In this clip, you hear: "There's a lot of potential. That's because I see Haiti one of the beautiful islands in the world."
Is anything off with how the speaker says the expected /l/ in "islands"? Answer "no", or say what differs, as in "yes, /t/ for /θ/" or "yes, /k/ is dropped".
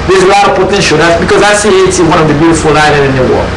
yes, /n/ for /l/